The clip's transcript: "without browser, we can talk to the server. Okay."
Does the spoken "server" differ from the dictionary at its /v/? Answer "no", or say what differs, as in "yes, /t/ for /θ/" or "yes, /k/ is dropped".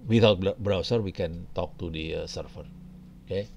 yes, /f/ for /v/